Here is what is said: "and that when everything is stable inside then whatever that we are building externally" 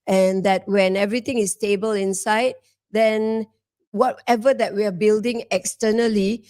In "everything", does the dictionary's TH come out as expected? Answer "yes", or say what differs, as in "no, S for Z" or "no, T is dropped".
no, T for TH